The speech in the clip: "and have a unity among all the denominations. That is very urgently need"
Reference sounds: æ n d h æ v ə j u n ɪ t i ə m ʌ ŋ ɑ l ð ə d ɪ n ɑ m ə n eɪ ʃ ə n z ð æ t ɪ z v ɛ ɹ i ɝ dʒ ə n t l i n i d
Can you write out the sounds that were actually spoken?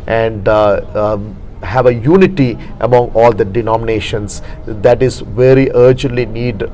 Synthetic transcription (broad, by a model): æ n d h æ v ə j u n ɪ t i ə m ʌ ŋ ɑ l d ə d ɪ n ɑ m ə n eɪ ʃ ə n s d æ t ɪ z v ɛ ɹ i ɝ dʒ ə n t l i n i d